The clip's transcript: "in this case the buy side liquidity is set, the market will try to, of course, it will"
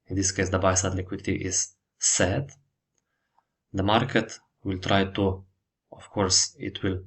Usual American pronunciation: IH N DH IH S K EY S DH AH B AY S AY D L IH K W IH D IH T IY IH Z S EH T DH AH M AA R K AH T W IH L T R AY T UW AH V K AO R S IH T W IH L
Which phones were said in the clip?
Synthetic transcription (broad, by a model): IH N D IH S K EY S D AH B AY S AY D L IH K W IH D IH T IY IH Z S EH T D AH M AA R K AH T W IH L T R AY T UW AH F K AO R S IH T W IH L